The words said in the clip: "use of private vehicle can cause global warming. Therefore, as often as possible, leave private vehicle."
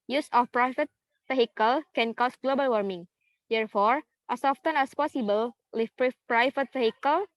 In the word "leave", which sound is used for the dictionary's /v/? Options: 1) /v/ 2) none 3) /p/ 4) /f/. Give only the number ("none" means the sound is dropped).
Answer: 3